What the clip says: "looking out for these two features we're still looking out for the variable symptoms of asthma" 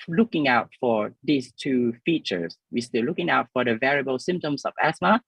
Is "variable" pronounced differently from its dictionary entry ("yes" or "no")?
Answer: no